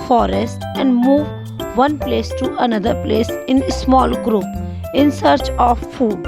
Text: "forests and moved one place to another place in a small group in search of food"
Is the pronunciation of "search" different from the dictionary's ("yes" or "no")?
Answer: no